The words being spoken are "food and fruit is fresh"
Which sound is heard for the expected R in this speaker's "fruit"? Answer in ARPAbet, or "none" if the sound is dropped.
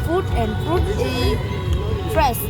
none